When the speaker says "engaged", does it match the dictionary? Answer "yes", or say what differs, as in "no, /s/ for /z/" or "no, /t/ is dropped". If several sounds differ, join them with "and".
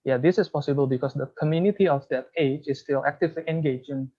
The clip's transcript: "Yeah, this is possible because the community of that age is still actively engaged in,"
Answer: no, /d/ is dropped